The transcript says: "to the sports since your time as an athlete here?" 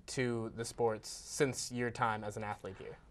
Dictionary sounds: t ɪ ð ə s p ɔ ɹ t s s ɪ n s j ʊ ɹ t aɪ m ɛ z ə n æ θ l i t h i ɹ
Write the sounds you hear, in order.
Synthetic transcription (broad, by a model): t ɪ ð ə s p ɔ ɹ t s s ɪ n s j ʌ ɹ t aɪ m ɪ z n æ θ l i t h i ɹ